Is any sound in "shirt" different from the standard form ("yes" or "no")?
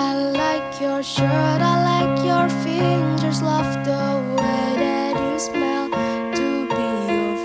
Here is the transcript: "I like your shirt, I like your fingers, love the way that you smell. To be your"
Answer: no